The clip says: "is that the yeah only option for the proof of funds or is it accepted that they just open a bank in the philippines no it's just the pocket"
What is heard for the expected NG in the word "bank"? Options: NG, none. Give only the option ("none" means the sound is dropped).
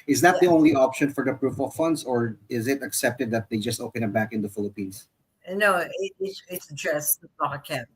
none